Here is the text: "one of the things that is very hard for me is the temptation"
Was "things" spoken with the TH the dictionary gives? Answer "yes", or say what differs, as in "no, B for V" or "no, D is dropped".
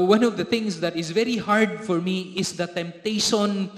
no, T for TH